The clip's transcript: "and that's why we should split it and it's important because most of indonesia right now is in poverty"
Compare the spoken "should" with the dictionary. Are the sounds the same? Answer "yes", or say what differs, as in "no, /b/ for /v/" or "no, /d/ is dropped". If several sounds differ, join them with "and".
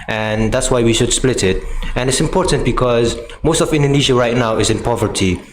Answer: yes